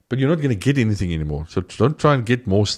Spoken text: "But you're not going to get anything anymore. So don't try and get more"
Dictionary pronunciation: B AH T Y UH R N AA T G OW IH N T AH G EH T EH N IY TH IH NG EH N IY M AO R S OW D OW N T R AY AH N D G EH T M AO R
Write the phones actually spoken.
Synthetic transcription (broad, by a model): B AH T Y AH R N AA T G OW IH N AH G EH T EH N IY TH IH NG EH N IY M AO R S OW D OW N T R AY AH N G EH T M AO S